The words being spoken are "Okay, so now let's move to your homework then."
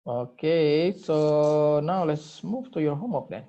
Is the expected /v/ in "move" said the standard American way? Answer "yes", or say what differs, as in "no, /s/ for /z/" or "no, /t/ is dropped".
no, /f/ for /v/